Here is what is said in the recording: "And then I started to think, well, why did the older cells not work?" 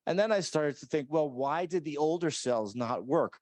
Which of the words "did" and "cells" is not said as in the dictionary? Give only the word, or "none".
none